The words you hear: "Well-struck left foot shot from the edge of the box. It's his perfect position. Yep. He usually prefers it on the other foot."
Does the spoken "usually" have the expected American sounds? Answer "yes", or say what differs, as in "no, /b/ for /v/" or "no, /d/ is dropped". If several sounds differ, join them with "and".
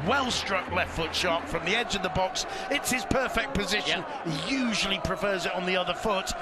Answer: yes